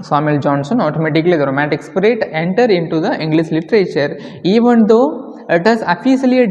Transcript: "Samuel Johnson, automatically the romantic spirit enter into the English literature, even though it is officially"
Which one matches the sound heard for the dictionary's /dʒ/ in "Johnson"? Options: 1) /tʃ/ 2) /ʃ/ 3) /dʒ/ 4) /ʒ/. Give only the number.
3